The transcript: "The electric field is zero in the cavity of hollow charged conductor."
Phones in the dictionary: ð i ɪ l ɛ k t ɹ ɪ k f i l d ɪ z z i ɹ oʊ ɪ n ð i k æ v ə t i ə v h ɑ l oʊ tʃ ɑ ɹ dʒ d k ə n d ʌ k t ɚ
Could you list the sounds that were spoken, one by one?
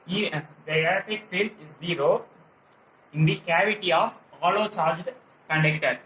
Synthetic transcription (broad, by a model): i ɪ ɛ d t ɪ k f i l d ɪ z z i ɹ oʊ ɪ n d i k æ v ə t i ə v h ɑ l oʊ tʃ ɑ ɹ dʒ d k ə n d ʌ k t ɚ